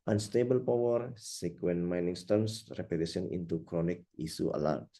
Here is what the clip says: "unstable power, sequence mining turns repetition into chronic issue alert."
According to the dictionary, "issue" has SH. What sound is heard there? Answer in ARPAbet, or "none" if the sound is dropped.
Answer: S